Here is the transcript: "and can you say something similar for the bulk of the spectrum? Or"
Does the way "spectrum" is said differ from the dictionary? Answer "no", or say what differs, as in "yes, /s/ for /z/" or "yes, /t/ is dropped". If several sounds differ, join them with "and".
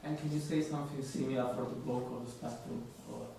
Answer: yes, /m/ is dropped